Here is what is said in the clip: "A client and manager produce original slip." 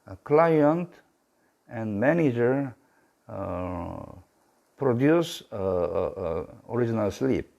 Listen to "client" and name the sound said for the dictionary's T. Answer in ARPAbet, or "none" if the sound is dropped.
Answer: T